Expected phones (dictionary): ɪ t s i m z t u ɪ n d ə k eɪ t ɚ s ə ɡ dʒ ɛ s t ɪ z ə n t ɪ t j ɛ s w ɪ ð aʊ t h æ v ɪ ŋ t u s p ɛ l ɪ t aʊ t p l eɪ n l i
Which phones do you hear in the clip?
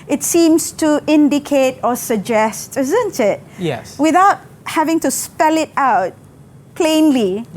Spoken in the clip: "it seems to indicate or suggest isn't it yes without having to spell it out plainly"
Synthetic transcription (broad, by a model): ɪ t s i m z t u ɪ n d ə k eɪ t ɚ s ə ɡ dʒ ɛ s t ɪ z ə n t ɪ t j ɛ s w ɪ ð aʊ t h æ v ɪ ŋ t u s p ɛ l ɪ t aʊ t p l eɪ n l i